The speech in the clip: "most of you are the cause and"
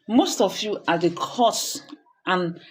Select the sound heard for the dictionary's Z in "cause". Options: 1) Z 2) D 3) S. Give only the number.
3